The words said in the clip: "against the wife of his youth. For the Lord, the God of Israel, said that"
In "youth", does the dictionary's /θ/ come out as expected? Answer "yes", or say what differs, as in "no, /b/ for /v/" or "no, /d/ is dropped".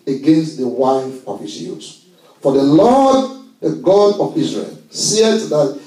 no, /s/ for /θ/